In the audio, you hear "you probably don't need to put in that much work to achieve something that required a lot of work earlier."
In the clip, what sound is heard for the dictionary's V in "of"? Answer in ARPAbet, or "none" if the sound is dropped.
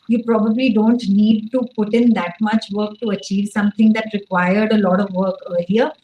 V